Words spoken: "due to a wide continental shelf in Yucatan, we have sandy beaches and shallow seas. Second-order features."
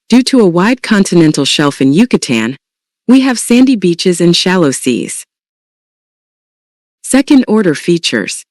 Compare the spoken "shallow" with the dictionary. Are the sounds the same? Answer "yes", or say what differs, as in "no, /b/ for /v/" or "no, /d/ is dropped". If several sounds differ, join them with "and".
yes